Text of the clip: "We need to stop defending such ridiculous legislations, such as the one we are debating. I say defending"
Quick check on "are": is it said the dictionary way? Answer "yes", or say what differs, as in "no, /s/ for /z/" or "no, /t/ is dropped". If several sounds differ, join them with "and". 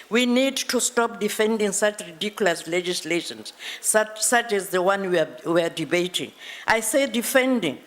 no, /w/ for /ɹ/